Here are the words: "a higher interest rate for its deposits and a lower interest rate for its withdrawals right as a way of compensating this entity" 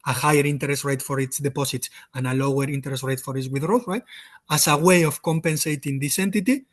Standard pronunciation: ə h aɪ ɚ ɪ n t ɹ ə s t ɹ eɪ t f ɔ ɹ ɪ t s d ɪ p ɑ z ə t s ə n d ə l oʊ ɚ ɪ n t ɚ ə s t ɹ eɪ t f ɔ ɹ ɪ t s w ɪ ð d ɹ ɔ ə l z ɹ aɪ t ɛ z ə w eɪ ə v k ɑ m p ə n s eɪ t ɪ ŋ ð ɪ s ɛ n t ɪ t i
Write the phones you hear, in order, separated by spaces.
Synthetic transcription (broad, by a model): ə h aɪ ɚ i n t ɹ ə s t ɹ eɪ t f ɔ ɹ ɪ t s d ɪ p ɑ s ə t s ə n ə l oʊ ɚ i n t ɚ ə s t ɹ eɪ t f ɔ ɹ ɪ t s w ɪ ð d ɹ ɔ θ ɹ aɪ t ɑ s ə w eɪ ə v k ɑ m p ə n s eɪ t ɪ ŋ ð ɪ s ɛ n t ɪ t i